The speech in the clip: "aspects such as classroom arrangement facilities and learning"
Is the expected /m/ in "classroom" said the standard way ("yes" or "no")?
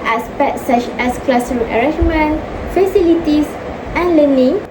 no